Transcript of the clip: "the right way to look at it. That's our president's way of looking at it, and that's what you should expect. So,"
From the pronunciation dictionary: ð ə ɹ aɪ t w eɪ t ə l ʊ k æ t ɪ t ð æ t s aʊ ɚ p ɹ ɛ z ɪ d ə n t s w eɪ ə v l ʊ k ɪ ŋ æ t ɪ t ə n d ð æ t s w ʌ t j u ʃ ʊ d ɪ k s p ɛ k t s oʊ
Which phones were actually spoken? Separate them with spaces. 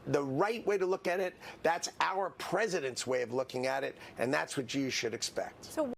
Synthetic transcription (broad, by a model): ð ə ɹ aɪ t w eɪ t ə l ʊ k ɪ t ɪ t ð æ t s aʊ ɚ p ɹ ɛ z ɪ d ə n t s w eɪ ə v l ʊ k ɪ ŋ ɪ t ɪ t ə n ð æ t s w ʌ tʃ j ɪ ʃ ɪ d ɪ k s p ɛ k t s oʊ